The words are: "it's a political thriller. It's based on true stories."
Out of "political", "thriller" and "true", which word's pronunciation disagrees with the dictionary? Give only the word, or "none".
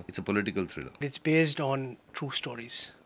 thriller